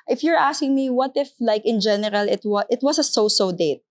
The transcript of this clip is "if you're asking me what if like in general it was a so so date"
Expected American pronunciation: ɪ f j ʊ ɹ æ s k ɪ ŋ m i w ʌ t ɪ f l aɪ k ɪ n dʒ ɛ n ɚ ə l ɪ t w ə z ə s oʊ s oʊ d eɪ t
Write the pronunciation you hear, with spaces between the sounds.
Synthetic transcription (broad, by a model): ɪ f j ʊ ɹ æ s k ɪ ŋ m i w ʌ t ɪ f l aɪ k ɪ n dʒ ɛ n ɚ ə l ɪ t w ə s ə s oʊ s oʊ d eɪ t